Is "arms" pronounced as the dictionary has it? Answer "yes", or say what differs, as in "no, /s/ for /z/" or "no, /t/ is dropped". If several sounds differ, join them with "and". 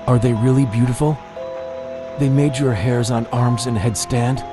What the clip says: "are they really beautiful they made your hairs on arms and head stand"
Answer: yes